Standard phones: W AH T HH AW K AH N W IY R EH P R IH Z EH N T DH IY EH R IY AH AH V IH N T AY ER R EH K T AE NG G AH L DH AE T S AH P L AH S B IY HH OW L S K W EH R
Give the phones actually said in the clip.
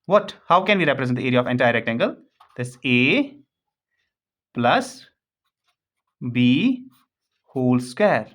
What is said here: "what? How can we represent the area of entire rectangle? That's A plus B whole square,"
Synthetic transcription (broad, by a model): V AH T HH AW K AH N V IY R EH P R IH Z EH T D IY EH R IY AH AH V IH N T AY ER R EH K T AE NG G AH L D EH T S AH P L AH S B IY HH OW L S K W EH R